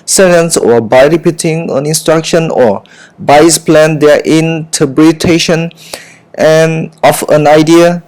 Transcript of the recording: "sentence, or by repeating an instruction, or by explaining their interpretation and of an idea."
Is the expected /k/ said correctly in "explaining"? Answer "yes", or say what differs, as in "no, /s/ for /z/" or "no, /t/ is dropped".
no, /k/ is dropped